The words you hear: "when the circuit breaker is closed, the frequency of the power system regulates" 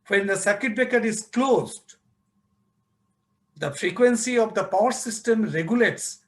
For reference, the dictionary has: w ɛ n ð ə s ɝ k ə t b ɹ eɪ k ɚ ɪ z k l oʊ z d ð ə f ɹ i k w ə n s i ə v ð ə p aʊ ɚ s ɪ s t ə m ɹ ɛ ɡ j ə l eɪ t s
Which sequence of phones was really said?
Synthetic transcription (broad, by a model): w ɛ n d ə s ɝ k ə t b eɪ k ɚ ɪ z k l oʊ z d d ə f ɹ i k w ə n s i ə v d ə p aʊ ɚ s ɪ s t ə m ɹ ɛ ɡ j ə l eɪ t s